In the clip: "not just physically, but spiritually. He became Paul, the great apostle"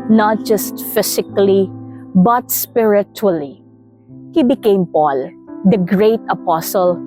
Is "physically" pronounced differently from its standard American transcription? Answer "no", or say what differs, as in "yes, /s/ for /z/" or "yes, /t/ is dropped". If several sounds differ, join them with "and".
yes, /s/ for /z/